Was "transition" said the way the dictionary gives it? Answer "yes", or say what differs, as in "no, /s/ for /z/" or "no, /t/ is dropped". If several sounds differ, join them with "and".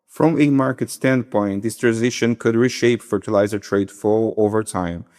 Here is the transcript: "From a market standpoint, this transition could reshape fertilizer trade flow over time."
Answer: yes